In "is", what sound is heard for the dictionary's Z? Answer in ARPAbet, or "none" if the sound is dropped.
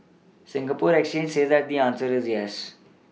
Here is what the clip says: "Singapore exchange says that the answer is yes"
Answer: Z